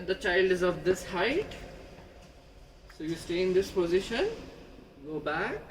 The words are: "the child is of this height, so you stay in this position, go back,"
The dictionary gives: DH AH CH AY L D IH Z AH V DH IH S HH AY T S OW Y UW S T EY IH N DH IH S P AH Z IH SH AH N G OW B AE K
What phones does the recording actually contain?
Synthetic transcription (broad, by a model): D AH CH AY L D IH Z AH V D IH S HH AY T S OW Y UW S T EY IH N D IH S P AH Z IH SH AH N G OW B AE K